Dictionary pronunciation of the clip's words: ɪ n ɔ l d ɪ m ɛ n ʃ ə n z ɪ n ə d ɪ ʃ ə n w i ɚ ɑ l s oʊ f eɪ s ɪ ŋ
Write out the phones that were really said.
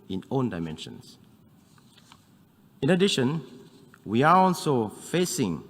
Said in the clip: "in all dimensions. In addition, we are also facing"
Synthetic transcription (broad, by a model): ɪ n ɔ n d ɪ m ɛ n ʃ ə n s ɪ n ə d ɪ ʃ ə n w i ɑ ɑ l s oʊ f eɪ s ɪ ŋ